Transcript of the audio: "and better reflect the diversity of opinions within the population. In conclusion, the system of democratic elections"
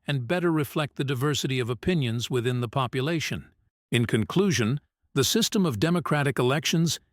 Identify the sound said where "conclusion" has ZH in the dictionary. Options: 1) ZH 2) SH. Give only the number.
1